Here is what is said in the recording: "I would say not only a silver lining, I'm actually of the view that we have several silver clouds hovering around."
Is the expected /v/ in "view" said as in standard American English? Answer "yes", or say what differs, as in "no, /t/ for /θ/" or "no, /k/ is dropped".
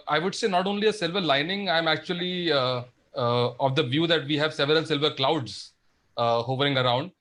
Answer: yes